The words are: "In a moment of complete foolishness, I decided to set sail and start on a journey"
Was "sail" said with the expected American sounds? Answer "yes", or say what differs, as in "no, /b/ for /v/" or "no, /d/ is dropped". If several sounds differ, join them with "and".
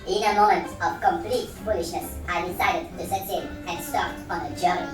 no, /n/ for /l/